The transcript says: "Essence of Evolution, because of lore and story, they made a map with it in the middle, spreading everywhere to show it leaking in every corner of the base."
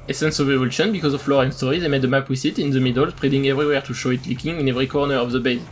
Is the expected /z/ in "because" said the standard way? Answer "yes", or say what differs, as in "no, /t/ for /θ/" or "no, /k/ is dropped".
yes